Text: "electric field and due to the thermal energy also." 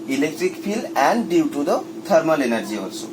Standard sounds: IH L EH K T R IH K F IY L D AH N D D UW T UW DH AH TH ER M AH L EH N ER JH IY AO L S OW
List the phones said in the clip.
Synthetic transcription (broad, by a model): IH L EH K T R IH K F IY L AH N D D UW T UW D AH T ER M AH L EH N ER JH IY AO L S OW